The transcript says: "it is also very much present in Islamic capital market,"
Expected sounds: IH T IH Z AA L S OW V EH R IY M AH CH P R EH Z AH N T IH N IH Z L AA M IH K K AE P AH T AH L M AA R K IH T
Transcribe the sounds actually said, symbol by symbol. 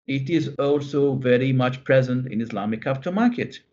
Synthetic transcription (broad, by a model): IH T IH Z AA L S OW V EH R IY M AH CH P R EH Z AH N T IH N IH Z L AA M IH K K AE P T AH M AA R K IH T